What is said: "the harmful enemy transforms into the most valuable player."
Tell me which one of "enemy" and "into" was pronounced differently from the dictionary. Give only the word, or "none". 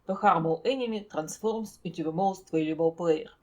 into